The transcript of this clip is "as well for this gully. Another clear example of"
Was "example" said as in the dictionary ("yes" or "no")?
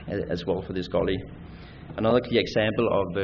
yes